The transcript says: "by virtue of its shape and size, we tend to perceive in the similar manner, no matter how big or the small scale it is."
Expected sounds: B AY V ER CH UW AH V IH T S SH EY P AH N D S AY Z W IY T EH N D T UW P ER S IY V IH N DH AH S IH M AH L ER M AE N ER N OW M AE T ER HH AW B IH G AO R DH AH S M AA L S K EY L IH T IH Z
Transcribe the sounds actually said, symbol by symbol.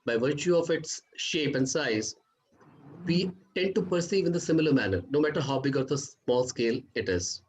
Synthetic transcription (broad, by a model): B AY V ER CH UW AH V IH T S SH EY P AH N D S AY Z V IY T EH N D T UW P ER S IY V IH N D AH S IH M AH L ER M AE N ER N OW M AE T ER HH AW B IH G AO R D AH S M AA L S K EY L IH T IH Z